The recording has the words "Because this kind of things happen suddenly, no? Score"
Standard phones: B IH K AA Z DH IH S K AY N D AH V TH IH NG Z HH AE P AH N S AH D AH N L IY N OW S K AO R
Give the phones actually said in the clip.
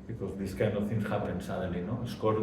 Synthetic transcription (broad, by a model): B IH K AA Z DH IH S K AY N AH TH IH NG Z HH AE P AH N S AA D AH L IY N OW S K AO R